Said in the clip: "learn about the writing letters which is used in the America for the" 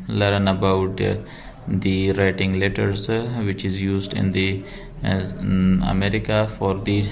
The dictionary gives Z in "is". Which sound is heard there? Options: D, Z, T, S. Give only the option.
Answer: Z